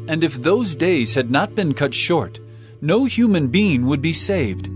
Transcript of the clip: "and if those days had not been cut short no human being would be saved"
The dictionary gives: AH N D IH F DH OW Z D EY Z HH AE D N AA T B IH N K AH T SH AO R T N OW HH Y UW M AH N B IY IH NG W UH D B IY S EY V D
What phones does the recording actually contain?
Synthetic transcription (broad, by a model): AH N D IH F DH OW Z D EY Z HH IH D N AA T B IH N K AH T SH AO R T N OW HH Y UW M AH N B IY IH NG W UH D B IY S EY V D